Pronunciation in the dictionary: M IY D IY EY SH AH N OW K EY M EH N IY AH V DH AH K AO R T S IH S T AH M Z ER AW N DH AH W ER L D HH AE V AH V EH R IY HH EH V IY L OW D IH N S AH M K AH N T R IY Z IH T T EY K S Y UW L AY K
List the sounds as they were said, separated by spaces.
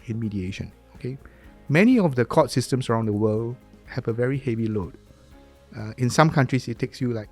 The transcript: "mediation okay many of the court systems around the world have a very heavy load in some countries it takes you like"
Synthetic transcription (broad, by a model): M IY D IY EY SH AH N OW K EY M EH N IY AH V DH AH K AO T S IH S T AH M S ER AW N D AH W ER L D HH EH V AH V EH R IY HH EH V IY L OW D IH N S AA M K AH N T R IY S IH T T EY K S Y UW L AY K